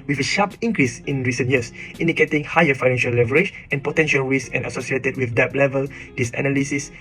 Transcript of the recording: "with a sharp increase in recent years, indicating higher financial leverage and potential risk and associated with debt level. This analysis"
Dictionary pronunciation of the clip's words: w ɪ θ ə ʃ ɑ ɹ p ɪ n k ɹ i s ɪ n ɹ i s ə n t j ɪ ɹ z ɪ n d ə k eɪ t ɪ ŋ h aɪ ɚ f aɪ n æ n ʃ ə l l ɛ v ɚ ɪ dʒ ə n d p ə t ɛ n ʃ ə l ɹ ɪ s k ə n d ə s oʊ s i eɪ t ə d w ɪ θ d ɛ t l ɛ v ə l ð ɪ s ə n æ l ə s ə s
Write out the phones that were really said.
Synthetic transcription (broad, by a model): w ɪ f ə ʃ ɑ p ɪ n k ɹ i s ɪ n ɹ i s ə n t j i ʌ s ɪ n d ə k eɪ t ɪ ŋ h aɪ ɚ f aɪ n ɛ n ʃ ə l l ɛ v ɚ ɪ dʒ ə n p ə t ɛ n ʃ ə l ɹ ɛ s ə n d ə s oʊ s i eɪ t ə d w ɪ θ d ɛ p l ɛ v ə l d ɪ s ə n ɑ l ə s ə s